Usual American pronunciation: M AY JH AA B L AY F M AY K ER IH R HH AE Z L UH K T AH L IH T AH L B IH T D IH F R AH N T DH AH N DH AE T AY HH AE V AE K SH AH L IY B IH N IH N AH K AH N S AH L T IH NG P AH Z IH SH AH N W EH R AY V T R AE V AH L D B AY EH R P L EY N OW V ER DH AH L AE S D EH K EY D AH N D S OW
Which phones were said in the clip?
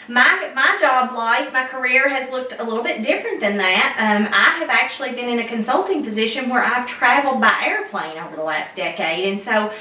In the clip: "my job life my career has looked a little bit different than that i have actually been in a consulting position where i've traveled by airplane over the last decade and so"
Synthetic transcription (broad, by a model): M AY JH AA B L AY F M AY K ER IH R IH Z L UH K T AH L IH T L B IH T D IH F R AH N DH AH N DH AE T AY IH V AE K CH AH L IY B IH N IH N AH K AH N S AH L T IH NG P AH Z IH SH AH N W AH R AY V T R AE V L D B AY EH R P L EY N OW V ER DH AH L AE S D EH K EY D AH N S OW